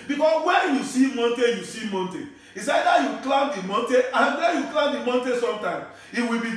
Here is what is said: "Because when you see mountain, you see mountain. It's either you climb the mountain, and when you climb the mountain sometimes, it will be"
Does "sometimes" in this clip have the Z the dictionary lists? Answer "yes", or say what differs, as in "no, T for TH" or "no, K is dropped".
no, Z is dropped